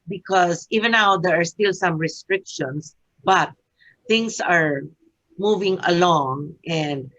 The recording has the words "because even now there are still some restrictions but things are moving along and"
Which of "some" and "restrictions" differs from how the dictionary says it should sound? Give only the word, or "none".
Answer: restrictions